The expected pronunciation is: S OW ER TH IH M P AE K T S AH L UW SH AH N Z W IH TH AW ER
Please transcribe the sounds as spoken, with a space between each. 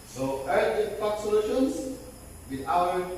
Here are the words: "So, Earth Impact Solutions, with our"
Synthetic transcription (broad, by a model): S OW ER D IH P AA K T S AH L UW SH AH N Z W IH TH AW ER